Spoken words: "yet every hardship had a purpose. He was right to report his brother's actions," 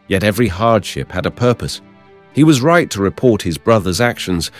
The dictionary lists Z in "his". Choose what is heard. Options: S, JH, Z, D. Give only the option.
Z